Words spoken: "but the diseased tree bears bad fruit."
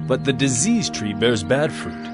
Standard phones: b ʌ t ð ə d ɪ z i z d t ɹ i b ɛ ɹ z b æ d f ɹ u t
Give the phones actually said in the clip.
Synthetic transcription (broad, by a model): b ʌ t ð ə d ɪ z i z t ɹ i b ɛ ɹ z b æ d f ɹ u t